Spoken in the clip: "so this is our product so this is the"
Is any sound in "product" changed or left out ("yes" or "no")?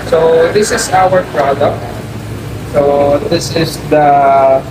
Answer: no